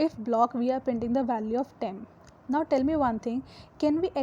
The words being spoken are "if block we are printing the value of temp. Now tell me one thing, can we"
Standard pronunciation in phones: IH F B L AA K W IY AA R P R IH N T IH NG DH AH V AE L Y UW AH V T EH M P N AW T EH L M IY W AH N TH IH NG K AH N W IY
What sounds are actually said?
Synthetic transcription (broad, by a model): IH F B L AA K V IY AA R P IH N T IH NG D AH V AE L Y UW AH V T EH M N AW T EH L M IY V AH N T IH NG K AH N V IY